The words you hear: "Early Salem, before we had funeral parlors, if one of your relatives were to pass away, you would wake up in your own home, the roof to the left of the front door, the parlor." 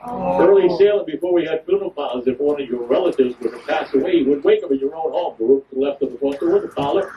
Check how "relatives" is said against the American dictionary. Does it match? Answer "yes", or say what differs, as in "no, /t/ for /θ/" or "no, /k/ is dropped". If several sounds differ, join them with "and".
yes